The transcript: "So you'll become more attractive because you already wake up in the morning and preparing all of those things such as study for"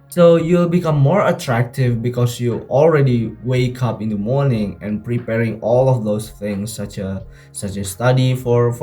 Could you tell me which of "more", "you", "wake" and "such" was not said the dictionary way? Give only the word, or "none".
such